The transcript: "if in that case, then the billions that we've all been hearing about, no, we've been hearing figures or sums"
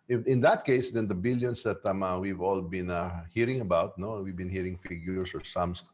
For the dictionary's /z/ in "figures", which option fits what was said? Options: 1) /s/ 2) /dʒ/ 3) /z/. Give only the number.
1